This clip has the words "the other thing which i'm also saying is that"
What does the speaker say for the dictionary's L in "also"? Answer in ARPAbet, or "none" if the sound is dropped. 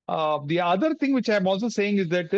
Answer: L